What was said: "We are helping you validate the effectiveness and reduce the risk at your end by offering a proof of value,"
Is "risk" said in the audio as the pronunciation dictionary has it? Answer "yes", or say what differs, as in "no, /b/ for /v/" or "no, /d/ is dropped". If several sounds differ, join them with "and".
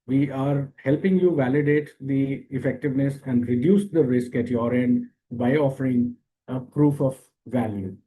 yes